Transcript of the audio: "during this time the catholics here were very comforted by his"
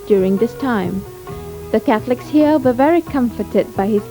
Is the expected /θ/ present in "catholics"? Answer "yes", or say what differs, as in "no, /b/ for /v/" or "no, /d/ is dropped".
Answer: yes